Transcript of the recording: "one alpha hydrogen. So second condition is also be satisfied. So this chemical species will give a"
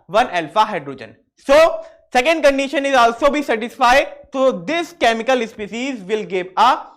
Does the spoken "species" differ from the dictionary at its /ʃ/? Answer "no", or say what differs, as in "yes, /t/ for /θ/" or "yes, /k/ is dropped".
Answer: yes, /s/ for /ʃ/